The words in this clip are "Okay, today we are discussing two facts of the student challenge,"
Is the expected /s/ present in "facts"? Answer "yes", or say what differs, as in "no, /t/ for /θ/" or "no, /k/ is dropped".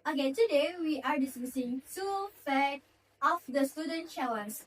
no, /s/ is dropped